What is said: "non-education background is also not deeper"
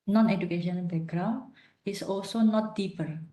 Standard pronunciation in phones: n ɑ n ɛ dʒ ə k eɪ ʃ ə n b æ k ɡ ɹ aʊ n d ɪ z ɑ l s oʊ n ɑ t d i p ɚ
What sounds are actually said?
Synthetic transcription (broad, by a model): n ɑ n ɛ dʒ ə k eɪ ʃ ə n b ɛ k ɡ ɹ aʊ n ɪ s ɑ l s oʊ n ɑ t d i p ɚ